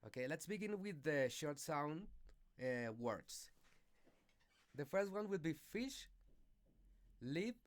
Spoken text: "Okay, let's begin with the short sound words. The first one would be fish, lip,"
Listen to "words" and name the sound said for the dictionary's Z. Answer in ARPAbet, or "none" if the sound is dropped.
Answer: S